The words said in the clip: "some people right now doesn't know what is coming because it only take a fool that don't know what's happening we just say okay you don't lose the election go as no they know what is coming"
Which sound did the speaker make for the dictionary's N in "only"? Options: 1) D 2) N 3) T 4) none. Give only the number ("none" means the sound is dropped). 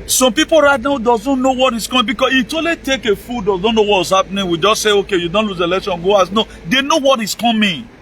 4